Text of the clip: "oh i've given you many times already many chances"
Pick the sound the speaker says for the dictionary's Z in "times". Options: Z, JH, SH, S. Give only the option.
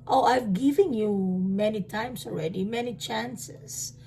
S